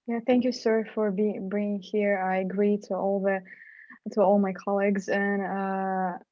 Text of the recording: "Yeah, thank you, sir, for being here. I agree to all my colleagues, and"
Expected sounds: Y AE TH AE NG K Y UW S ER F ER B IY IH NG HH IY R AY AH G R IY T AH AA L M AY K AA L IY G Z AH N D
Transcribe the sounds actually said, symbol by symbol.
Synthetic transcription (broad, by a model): Y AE TH AE NG K Y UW S ER F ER B IY IH NG HH IY R AY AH G R IY T AH AA L M AY K AA L IY G Z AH N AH